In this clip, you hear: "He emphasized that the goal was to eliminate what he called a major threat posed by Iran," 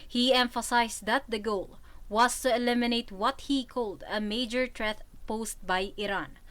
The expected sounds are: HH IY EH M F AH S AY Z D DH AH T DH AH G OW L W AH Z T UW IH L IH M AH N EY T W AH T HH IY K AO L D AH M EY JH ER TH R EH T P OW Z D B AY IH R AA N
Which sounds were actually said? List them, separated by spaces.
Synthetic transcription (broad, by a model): HH IY EH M F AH S AY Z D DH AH T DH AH G OW L W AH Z T UW IH L IH M AH N EY T W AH T HH IY K AO L D AH M EY JH ER T R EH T P OW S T B AY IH R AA N